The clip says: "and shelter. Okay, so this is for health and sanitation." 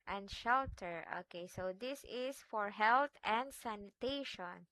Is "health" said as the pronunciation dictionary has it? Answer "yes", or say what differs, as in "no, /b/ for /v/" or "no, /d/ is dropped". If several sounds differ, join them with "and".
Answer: no, /t/ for /θ/